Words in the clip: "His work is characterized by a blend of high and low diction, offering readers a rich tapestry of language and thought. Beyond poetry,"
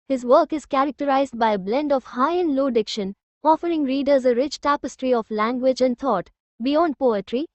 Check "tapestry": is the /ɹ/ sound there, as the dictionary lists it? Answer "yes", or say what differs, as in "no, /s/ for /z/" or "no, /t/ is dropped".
yes